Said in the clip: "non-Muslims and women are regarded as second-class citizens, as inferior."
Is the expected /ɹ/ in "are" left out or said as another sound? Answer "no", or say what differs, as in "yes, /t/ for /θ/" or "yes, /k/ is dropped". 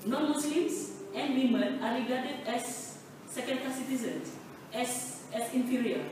no